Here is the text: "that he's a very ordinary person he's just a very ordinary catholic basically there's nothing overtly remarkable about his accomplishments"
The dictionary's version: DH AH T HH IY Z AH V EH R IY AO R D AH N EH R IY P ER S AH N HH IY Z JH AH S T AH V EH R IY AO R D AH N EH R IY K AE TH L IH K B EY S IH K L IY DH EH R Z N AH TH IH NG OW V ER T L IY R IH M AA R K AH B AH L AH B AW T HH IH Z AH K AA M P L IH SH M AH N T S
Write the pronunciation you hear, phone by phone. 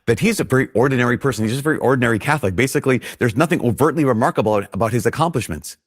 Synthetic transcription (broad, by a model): DH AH T HH IY Z AH V EH R IY AO R D N EH R IY P ER S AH N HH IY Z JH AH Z AH V EH R IY AO R D N EH R IY K AE TH L IH K B EY S IH K L IY DH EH R Z N AH TH IH NG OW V ER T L IY R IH M AA R K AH B L AH B AW T HH IH Z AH K AA M P L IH SH M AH N T S